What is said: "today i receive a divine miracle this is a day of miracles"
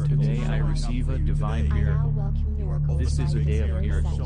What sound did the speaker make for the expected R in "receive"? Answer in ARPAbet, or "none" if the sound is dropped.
R